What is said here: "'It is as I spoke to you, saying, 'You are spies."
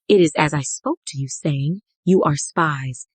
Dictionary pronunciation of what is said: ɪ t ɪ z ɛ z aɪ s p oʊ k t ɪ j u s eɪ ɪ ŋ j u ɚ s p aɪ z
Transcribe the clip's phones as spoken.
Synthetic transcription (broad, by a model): ɪ t ɪ z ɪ z aɪ s p oʊ k t ɪ j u s eɪ ɪ ŋ j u ɚ s p aɪ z